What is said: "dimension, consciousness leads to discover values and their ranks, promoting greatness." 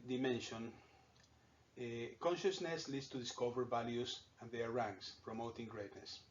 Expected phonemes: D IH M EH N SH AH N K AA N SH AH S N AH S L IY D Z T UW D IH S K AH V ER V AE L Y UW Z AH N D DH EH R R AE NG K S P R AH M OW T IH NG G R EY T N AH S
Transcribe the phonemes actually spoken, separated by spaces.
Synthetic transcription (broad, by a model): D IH M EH N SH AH N K AA N SH AH S N AH S L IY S T UW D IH S K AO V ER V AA L Y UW S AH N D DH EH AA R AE NG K S P R AH M OW T IH NG G R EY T N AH S